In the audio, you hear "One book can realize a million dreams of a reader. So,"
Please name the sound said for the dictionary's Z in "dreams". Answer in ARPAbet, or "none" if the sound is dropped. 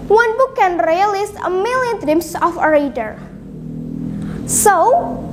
S